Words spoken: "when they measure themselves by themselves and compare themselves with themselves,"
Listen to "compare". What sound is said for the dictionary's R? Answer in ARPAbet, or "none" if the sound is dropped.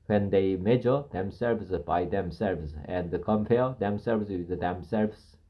L